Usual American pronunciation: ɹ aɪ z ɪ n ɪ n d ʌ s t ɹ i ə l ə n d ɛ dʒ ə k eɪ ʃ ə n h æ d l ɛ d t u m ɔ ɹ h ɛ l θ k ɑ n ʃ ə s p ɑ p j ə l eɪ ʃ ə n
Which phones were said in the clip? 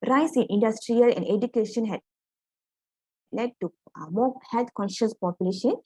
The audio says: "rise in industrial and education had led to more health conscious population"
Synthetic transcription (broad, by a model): ɹ aɪ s ɪ n ɪ n d ʌ s t ɹ i ə l ə n d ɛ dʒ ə k eɪ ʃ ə n h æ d l ɛ d t u m ɔ h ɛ l t k ɑ n ʃ ə s p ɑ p j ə l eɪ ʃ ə n